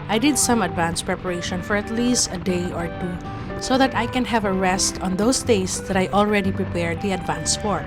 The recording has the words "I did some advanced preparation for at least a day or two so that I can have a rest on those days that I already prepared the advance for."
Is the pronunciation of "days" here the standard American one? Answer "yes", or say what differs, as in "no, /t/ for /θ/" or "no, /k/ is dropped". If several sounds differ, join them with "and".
no, /s/ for /z/